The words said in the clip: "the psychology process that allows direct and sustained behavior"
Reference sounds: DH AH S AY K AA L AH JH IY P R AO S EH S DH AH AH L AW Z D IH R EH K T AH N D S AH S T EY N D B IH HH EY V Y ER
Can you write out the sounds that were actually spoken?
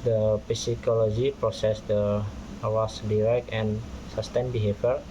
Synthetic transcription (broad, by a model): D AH S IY K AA L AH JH IY P R AO S EH S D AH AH W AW S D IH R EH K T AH N S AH S T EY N B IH HH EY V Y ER